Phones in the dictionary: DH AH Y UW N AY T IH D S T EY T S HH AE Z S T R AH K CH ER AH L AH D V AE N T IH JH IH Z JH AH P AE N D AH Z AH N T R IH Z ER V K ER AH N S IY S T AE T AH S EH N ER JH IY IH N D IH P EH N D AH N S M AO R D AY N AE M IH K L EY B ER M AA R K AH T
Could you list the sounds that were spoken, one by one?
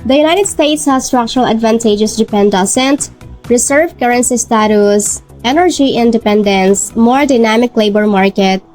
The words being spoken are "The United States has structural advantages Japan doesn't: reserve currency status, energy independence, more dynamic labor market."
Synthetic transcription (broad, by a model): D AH Y UW N AY T IH D S T EY T S HH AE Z S T R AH K CH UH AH L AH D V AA N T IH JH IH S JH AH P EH N D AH S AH N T R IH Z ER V K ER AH N S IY S T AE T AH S EH N ER JH IY IH N D IH P EH N D AH N S M AO R D AY N AE M IH K L EY B ER M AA R K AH T